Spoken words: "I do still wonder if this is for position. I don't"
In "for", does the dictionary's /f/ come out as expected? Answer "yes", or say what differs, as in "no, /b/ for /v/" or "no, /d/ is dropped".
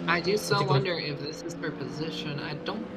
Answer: no, /p/ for /f/